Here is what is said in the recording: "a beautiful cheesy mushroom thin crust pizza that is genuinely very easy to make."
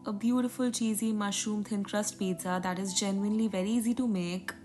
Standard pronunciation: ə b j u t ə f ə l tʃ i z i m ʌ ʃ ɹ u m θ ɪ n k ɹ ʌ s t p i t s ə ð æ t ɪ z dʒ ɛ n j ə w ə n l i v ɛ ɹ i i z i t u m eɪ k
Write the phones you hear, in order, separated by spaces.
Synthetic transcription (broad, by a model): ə b j u t ə f ə l tʃ i z i m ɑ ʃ u m t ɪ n k ɹ ʌ s t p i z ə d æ t ɪ z dʒ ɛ n j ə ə n l i v ɛ ɹ i i z i t u m eɪ k